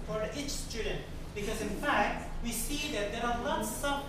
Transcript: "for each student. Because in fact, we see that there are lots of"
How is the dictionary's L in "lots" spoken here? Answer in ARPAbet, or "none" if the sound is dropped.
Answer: N